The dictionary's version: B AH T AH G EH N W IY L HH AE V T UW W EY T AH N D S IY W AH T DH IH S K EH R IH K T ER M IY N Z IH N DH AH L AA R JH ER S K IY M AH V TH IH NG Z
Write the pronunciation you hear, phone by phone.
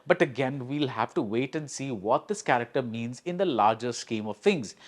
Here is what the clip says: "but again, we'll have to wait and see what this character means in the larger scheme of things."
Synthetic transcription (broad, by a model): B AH T AH G EH N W IY L HH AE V T UW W EY T AH N D S IY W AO T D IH S K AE R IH K T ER M IY N Z IH N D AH L AA R JH ER S K IY M AH V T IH NG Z